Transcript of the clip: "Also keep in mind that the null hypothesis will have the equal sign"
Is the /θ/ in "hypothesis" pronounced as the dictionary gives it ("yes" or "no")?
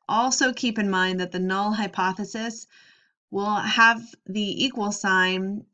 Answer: yes